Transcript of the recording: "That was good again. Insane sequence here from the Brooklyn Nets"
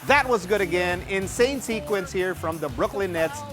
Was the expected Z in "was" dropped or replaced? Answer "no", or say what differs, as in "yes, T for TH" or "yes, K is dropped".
no